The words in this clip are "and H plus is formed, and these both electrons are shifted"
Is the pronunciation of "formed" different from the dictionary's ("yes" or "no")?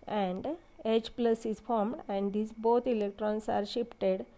no